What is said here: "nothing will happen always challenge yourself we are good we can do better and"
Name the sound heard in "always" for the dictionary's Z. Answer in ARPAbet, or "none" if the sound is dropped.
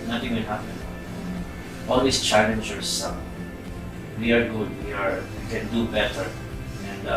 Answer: S